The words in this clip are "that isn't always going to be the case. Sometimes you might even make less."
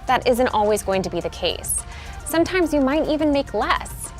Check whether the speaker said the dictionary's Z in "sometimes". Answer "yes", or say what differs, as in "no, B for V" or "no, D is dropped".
yes